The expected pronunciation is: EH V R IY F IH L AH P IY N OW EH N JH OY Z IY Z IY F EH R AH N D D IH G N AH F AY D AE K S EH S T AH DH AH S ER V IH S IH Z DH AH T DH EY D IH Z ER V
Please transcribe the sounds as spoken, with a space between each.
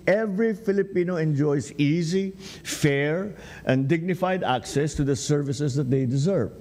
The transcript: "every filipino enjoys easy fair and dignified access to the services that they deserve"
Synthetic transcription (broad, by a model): EH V R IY F IH L AH P IY N OW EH N JH OY S IY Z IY F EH R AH N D D IH G N AH F AY D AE K S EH S T AH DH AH S ER V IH S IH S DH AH T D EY D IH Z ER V